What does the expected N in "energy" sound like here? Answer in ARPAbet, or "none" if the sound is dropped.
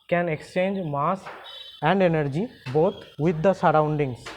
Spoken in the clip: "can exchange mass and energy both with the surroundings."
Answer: N